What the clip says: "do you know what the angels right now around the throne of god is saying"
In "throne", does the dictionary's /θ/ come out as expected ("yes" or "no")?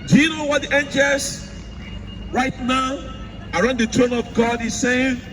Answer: no